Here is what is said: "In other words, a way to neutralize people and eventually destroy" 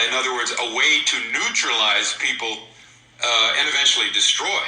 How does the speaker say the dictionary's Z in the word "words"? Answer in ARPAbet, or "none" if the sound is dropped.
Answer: Z